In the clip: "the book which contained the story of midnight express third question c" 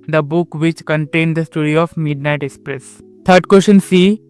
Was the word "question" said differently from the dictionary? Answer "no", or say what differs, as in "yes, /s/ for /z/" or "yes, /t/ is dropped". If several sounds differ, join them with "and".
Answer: yes, /ʃ/ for /tʃ/